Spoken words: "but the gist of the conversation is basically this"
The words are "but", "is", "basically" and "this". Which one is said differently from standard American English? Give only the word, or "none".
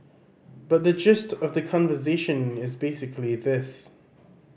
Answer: none